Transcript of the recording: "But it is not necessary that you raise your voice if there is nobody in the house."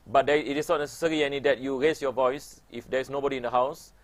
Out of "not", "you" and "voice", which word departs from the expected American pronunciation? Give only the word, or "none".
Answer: none